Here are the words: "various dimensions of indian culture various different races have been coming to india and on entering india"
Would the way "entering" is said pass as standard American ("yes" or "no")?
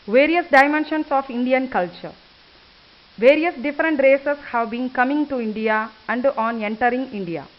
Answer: yes